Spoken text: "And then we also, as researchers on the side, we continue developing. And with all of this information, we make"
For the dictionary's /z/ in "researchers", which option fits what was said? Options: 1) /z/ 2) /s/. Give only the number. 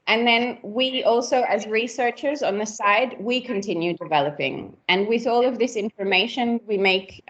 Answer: 1